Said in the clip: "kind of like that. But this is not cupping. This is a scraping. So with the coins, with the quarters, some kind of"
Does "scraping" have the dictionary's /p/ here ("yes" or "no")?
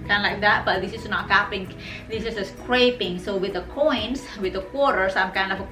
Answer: yes